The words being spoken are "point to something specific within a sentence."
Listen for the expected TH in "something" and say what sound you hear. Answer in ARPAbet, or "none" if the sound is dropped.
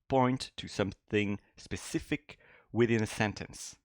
TH